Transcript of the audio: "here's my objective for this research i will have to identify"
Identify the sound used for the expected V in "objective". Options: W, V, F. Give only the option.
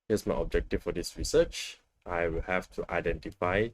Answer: F